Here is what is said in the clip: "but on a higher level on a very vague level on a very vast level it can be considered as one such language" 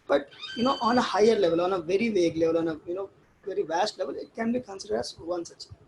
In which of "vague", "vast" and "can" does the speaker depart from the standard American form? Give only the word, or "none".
none